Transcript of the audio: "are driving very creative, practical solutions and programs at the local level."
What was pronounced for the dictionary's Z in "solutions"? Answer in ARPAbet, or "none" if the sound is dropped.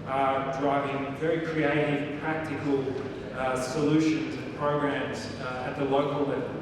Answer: Z